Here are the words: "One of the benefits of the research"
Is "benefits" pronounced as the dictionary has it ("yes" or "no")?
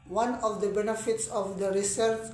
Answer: yes